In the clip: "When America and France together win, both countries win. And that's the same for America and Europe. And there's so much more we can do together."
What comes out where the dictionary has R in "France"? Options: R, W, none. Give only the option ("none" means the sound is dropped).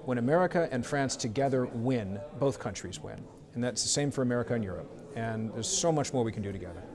R